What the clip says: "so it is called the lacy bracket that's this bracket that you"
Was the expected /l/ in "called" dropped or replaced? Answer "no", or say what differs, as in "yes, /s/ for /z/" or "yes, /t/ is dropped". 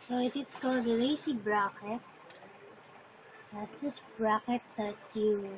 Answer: yes, /l/ is dropped